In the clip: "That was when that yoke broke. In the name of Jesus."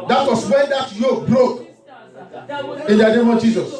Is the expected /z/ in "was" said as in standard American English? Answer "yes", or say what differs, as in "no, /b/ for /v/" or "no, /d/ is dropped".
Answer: no, /s/ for /z/